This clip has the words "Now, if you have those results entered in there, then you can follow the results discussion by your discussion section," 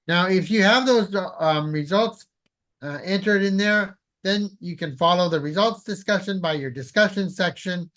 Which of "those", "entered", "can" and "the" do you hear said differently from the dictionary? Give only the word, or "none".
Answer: none